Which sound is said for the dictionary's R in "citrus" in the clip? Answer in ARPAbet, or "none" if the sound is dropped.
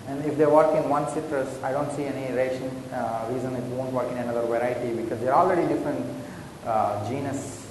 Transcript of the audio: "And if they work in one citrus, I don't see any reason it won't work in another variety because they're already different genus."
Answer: R